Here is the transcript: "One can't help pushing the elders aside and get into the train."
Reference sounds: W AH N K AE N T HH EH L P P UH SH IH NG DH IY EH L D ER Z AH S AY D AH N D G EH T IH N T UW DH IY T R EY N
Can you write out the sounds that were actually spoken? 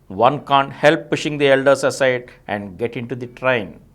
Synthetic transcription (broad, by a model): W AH N K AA N T HH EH L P P UH SH IH NG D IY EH L D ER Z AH S AY D AH N D G EH T IH N T UW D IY T R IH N